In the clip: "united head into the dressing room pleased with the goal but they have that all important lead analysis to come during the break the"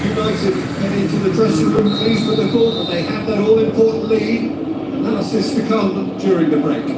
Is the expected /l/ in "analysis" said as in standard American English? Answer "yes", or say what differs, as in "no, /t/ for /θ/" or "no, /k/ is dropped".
no, /l/ is dropped